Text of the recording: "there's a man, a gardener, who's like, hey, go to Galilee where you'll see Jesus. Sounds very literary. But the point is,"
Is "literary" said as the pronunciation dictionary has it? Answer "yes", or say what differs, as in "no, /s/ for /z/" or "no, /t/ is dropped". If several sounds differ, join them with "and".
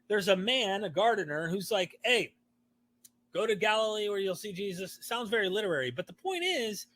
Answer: yes